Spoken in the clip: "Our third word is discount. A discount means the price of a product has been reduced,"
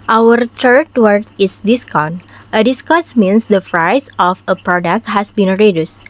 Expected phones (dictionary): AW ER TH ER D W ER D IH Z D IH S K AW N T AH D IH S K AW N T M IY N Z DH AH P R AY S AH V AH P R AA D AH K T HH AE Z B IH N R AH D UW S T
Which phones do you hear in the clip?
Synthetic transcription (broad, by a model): AW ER T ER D W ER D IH S D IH S K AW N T AH D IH S K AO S M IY N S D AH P R AY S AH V AH P R AA D AH K T HH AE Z B IH N R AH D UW S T